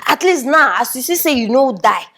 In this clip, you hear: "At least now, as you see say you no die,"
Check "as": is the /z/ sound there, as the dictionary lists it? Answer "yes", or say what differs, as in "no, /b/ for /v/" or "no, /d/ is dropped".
no, /s/ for /z/